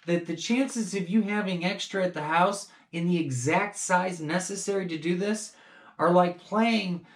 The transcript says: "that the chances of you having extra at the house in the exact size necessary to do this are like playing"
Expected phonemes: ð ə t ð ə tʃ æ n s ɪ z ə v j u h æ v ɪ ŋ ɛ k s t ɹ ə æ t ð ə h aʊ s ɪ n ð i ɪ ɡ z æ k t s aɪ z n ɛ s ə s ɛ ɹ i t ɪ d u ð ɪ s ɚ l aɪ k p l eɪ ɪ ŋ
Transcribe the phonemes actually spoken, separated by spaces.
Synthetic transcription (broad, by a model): ð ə t ð ə tʃ æ n s ɪ z ə v j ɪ h æ v ɪ ŋ ɛ k s t ɹ ə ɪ t ð ə h aʊ s ɪ n ð i ɪ ɡ z æ k t s aɪ z n ɛ s ə s ɛ ɹ i t ɪ d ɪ ð ɪ s ɚ l aɪ k p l eɪ ɪ ŋ